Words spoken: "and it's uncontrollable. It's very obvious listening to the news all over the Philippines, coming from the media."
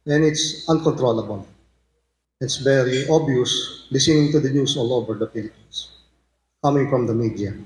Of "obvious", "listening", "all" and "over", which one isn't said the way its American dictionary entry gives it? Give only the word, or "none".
obvious